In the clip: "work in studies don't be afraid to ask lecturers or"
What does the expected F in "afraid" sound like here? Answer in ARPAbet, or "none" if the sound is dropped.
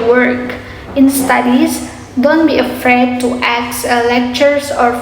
F